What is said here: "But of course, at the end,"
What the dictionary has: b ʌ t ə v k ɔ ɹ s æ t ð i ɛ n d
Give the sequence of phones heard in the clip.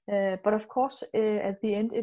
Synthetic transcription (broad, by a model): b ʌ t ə f k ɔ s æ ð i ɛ n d